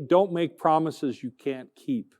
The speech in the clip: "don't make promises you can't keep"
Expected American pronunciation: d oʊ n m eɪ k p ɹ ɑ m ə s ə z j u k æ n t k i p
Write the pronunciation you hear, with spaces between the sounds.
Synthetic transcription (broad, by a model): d oʊ n m eɪ k p ɹ ɑ m ə s ə z j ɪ k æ n k i p